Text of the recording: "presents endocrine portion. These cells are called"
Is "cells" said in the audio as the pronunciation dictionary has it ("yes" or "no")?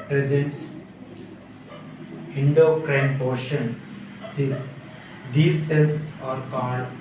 no